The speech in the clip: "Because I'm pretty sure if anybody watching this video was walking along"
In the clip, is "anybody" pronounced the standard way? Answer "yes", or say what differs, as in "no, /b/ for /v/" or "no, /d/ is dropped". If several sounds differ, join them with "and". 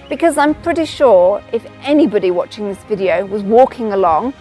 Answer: yes